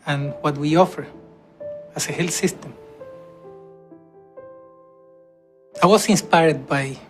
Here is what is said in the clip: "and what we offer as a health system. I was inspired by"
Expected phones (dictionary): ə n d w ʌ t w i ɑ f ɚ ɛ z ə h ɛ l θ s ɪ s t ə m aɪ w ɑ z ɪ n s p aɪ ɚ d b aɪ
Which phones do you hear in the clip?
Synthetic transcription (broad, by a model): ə n w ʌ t w i ɑ f ɚ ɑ s ə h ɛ l s ɪ s t ə m aɪ w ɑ s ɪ n s p aɪ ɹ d b aɪ